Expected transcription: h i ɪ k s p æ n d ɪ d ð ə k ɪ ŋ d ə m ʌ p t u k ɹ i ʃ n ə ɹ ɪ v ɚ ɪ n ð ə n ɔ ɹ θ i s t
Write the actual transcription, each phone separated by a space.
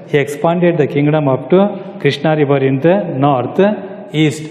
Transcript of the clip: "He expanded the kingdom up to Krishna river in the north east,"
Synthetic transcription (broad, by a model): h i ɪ k s p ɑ n d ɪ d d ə k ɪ ŋ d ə m ʌ p t u k ɹ i ʃ n ə ɹ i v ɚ ɪ n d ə n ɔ ɹ t i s t